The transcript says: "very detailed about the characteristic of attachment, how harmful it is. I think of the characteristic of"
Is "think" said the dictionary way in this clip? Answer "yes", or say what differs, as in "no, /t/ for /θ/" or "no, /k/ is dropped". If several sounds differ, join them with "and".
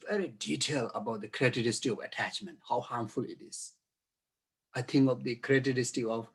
no, /t/ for /θ/